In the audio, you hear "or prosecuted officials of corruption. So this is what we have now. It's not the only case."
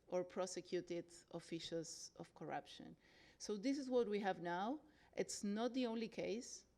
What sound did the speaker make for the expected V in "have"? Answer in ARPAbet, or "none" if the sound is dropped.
V